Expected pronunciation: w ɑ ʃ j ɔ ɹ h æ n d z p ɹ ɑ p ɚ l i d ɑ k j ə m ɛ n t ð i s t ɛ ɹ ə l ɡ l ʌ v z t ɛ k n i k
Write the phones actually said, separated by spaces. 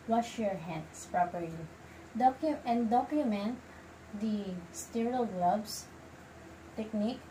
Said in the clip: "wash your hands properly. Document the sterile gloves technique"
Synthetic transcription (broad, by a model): w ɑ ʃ j ɔ ɹ h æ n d s p ɹ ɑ p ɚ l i d ɑ k j ə m ɛ n t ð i s t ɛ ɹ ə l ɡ l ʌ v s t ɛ k n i k